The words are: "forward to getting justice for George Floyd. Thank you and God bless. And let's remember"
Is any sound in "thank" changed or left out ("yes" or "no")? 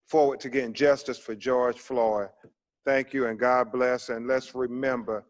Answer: no